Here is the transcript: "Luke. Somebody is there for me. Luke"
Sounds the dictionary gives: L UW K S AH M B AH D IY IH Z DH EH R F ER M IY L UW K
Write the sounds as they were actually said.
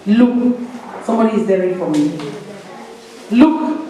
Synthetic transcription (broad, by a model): L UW K S AH M B AH D IY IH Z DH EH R F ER M IY L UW K